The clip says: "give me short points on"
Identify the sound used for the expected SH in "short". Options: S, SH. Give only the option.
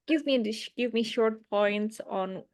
SH